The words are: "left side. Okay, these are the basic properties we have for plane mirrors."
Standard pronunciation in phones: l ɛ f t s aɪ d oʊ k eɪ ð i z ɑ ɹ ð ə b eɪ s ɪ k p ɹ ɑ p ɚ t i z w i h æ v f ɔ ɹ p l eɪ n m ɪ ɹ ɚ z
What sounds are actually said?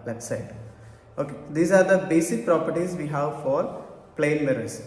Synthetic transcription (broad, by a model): l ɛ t s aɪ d oʊ k eɪ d i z ɑ ɹ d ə b eɪ s ɪ k p ɹ ɑ p ɚ t i z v i h æ v f ɔ ɹ p l eɪ n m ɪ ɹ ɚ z